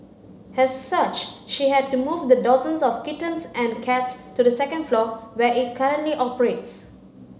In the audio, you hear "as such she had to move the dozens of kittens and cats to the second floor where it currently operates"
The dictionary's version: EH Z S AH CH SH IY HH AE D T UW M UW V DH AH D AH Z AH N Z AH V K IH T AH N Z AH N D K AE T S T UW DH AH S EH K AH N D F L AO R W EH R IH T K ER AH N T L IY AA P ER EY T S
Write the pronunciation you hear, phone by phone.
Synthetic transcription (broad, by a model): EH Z S AH CH SH IY HH AE D T UW M UW V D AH D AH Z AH N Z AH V K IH T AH N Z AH N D K AE T S T UW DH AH S EH K AH N D F L AO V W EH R IH T K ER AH N T L IY AA P ER EY T S